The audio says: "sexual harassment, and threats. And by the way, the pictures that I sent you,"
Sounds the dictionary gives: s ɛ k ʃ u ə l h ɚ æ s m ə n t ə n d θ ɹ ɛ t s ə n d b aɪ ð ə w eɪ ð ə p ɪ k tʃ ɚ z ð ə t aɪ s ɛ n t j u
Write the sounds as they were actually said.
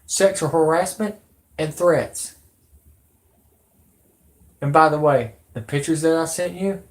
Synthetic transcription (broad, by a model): s ɛ k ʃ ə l h ɚ æ s m ə n t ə n θ ɹ ɛ t s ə n b aɪ ð ə w eɪ ð ə p ɪ k tʃ ɚ z ð ə t aɪ s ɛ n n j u